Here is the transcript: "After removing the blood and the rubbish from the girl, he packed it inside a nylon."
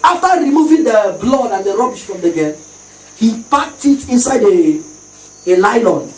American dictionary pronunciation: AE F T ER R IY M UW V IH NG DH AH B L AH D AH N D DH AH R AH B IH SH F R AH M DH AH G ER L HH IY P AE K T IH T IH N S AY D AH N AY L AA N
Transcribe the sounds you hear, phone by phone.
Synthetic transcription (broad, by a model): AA F T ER R IY M UW V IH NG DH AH B L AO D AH N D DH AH R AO B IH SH F R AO M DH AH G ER N HH IY P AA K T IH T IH N S AY D AH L AY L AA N